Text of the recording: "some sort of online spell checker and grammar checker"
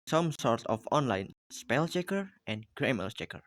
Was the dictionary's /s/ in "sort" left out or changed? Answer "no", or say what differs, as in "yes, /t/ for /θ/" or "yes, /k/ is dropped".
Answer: no